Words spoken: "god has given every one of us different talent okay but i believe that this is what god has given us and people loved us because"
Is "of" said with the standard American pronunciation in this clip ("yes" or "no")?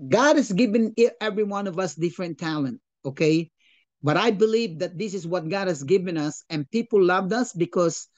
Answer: yes